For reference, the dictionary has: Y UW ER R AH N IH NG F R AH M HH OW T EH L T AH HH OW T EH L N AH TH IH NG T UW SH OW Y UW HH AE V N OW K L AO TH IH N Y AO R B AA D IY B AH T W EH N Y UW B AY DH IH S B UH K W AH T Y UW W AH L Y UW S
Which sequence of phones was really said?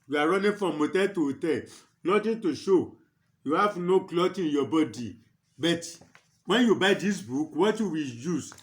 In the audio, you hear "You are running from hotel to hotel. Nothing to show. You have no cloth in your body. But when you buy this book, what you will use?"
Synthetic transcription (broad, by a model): Y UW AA R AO N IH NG F R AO M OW T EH T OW T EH N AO T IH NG T UW SH OW Y UW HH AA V N OW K L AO T IH N Y AO B AA D IY B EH T W EH N Y UW B AY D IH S B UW K W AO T Y UW W AH L Y UW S